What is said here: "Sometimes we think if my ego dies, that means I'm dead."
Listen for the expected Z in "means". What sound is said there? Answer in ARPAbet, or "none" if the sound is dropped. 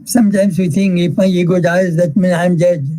none